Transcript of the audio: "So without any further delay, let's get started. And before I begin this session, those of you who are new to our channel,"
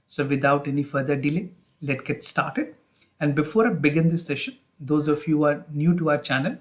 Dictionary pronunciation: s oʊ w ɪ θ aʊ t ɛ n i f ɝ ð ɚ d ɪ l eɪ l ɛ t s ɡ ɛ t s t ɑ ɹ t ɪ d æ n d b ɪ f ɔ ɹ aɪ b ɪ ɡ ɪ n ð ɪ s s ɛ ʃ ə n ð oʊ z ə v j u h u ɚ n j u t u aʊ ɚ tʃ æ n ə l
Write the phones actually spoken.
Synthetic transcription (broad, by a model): s oʊ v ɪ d aʊ t ɛ n i f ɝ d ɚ d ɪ l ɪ l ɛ t ɡ ɛ t s t ɑ ɹ t ɪ d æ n d b ɪ f ɔ ɹ aɪ b ɪ ɡ ɪ n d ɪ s s ɛ ʃ ə n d oʊ z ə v j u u ɚ n j u t u aʊ ɚ tʃ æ n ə l